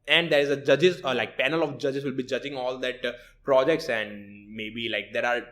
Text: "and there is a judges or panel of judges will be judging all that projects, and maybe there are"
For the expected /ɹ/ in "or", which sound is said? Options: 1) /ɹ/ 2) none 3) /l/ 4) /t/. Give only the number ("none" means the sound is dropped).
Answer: 3